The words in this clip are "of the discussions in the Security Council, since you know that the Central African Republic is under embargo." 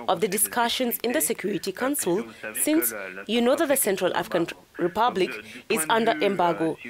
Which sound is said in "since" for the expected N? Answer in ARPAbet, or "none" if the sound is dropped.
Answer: N